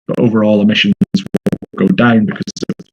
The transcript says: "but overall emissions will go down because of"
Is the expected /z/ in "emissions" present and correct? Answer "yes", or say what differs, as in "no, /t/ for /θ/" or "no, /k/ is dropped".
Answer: yes